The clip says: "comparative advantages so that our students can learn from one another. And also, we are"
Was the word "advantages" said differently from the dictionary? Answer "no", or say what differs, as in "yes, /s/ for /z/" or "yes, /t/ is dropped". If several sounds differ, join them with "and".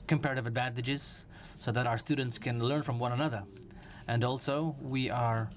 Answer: no